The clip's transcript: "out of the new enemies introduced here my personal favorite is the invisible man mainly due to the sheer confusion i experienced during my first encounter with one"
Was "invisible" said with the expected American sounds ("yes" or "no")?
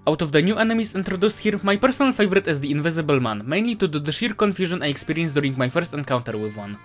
yes